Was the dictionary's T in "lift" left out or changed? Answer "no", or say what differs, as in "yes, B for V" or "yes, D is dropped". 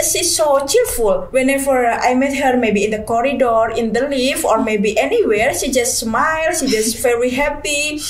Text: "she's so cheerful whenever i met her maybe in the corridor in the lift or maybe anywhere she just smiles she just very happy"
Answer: yes, T is dropped